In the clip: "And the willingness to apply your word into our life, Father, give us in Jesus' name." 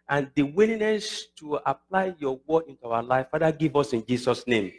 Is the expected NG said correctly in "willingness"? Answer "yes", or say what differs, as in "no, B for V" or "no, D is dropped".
no, NG is dropped